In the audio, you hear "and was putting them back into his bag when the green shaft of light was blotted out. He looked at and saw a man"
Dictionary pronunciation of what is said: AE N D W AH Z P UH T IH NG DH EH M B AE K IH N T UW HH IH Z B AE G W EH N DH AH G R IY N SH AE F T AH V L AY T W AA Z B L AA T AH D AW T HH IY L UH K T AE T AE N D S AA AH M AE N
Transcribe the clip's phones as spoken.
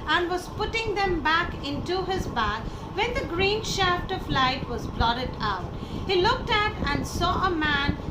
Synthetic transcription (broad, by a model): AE N D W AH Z P UH T IH NG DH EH M B AE K IH N T UW HH IH Z B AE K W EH N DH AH G R IY N SH AE F T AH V L AY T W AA Z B L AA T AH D AW T HH IY L UH K T AE T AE N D S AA AH M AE N